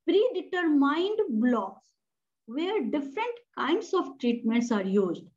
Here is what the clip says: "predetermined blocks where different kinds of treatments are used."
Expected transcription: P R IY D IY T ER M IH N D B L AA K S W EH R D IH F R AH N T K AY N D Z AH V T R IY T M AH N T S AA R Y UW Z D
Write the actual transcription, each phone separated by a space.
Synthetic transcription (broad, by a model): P R IY D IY T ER M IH N D B L AA K S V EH R D IH F R AH N T K AY N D S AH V T R IY T M AH N T S AA R Y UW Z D